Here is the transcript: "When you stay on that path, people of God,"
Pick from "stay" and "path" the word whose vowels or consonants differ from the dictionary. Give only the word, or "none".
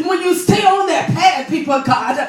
path